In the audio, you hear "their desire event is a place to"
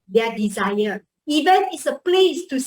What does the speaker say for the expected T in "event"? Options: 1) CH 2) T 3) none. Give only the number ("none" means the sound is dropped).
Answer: 3